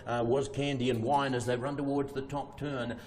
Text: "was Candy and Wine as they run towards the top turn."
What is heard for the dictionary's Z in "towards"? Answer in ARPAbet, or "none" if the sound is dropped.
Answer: Z